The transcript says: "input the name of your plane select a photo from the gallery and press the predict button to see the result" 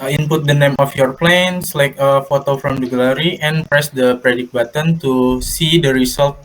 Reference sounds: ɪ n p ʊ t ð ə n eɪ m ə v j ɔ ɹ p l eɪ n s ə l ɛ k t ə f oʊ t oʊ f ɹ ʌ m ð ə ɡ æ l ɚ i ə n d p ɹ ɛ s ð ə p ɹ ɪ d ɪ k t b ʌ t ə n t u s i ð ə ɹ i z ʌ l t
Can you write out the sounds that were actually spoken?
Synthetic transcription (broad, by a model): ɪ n p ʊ t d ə n eɪ m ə f j ɔ ɹ p l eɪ n s l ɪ k ə f oʊ t oʊ f ɹ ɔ m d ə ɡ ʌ l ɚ i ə n p ɹ ɛ s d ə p ɹ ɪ d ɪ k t b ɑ t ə n t u s i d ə ɹ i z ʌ l t